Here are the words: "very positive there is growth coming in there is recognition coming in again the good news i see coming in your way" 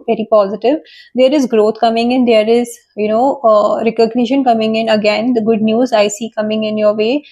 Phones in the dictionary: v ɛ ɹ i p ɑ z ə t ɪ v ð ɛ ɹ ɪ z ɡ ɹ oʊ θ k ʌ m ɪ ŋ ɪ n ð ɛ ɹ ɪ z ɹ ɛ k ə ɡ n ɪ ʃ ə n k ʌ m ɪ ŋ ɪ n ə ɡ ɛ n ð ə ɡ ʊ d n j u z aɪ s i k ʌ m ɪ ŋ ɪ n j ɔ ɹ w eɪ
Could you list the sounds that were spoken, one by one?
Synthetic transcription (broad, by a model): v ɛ ɹ i p ɑ z ə t ɪ v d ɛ ɹ ɪ z ɡ ɹ oʊ t k ʌ m ɪ ŋ ɪ n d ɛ ɹ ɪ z ɹ ɛ k ə ɡ n ɪ ʃ ə n k ʌ m ɪ ŋ ɪ n ə ɡ ɛ n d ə ɡ ʊ d n j u z aɪ s i k ʌ m ɪ ŋ ɪ n j ɔ ɹ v eɪ